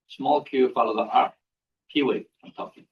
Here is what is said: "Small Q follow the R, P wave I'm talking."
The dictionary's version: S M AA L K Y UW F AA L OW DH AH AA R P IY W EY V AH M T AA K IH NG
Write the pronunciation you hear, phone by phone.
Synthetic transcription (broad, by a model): S M AA L K Y UW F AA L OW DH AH AA R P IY W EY AH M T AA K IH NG